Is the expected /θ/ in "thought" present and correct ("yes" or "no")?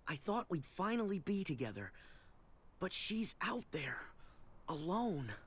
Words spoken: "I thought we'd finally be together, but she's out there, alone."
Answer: yes